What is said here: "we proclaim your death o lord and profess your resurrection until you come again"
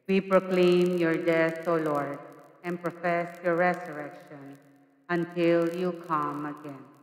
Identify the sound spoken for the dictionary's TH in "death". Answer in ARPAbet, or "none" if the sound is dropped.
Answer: T